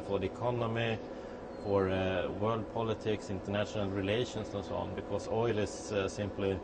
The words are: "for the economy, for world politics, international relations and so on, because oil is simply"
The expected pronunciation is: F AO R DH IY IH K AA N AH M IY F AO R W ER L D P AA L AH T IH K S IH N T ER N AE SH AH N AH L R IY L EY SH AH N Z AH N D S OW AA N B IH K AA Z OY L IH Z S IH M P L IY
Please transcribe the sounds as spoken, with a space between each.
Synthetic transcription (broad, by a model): F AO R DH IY IH K AA N AH M IY F AO R W ER L D P AA L AH T IH K S IH N T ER N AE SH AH N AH L R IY L EY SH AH N S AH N S OW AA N B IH K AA S OY L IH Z S IH M P L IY